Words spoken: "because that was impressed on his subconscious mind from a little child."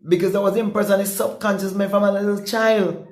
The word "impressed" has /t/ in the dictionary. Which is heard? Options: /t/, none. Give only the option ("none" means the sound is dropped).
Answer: none